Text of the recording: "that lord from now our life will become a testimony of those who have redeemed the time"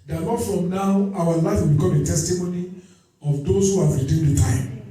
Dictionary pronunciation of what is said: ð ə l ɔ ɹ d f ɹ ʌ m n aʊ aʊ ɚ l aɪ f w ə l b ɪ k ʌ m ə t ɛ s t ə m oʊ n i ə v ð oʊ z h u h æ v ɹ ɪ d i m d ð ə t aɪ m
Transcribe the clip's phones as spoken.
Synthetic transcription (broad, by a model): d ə n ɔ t f ɹ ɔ m n aʊ aʊ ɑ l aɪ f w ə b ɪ k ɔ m ə t ɛ s t ə m oʊ n i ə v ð oʊ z h u h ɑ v ɹ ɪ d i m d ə t aɪ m